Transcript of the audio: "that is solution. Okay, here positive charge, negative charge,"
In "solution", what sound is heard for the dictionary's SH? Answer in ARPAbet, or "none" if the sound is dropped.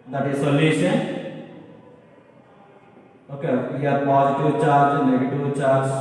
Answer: S